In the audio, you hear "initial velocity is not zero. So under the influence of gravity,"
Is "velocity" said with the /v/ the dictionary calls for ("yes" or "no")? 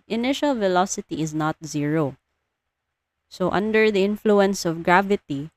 yes